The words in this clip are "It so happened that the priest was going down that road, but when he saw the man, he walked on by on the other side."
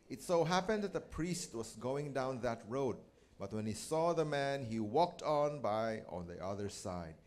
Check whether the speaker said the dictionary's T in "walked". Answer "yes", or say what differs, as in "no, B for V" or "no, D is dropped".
yes